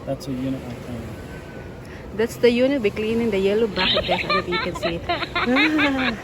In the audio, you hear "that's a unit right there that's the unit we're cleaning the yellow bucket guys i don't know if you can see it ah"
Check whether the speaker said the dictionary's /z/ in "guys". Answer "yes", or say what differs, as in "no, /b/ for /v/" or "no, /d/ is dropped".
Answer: no, /s/ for /z/